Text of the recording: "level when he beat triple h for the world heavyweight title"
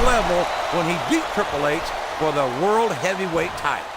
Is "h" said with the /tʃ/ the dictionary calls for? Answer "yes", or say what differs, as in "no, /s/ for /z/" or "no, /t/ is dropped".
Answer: no, /s/ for /tʃ/